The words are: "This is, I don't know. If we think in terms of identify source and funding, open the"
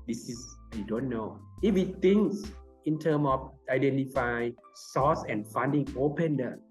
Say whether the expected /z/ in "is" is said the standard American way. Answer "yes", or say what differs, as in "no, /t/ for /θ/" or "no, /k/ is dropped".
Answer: no, /s/ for /z/